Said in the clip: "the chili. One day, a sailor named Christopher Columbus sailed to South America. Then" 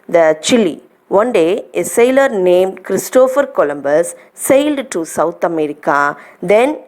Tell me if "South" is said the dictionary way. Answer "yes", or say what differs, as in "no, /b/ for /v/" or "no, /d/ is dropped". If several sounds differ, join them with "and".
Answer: no, /t/ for /θ/